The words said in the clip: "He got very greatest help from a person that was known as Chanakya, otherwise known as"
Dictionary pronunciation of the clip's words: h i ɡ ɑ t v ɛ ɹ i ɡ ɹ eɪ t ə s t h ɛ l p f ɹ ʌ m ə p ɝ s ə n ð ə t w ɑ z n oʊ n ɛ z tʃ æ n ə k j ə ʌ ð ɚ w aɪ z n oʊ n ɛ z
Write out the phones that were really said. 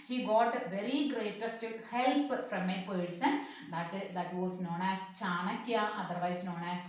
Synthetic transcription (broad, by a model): h i ɡ ɑ t v ɛ ɹ i ɡ ɹ eɪ t ə s t h ɛ l p f ɹ ʌ m ə p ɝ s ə n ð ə t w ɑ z n oʊ n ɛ s tʃ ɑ n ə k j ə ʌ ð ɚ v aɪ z n oʊ n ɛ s